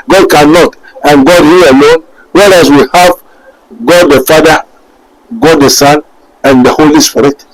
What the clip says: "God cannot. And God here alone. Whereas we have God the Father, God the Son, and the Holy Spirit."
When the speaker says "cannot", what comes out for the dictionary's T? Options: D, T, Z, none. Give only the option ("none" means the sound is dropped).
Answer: T